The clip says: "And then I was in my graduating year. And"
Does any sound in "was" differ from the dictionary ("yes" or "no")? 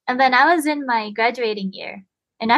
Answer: no